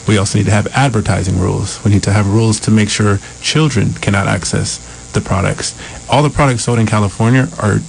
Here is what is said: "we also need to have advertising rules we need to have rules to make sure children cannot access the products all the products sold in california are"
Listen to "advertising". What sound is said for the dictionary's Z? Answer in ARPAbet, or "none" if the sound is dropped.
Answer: Z